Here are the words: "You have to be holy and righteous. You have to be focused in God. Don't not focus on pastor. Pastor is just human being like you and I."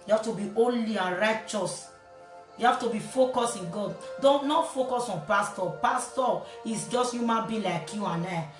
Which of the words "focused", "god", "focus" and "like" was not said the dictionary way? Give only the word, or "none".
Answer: focused